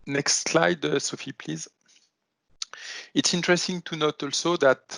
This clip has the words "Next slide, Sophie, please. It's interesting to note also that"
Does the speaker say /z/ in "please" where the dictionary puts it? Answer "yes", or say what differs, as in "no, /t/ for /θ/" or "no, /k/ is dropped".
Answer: yes